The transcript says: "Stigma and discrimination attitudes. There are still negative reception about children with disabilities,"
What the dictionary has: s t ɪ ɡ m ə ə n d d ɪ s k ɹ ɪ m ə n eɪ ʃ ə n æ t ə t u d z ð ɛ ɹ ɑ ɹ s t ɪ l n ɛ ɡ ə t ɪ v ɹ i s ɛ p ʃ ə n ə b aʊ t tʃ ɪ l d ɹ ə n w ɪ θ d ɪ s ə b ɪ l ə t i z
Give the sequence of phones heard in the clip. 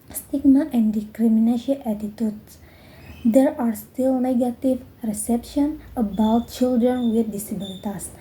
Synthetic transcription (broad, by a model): s t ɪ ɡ m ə ə n d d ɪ k ɹ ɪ m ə n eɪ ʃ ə æ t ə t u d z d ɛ ɹ ɑ ɹ s t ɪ l n ɛ ɡ ə t ɪ v ɹ i s ɛ p ʃ ə n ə b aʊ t tʃ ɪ l d ɹ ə n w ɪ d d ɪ s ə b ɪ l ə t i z